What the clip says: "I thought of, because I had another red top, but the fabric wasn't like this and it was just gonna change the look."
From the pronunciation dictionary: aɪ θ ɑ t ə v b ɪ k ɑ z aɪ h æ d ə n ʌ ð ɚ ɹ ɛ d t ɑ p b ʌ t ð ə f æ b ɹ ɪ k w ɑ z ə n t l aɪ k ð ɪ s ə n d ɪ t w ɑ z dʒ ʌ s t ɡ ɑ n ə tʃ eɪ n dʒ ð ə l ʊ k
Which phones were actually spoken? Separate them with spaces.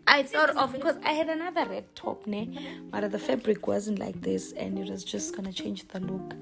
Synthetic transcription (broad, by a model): aɪ θ ɑ t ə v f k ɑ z aɪ h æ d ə n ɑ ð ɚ ɹ ɛ d t ɑ p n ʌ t ð ə f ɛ b ɹ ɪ k w ɑ z ə n t l aɪ k ð ɪ s ə n d ɪ t w ɑ z dʒ ʌ s t ɡ ɑ n ə tʃ eɪ n dʒ ð ə l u k